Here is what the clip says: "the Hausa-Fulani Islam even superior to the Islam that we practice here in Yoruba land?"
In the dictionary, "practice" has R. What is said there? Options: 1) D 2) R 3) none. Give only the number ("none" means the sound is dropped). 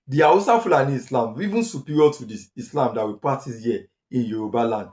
3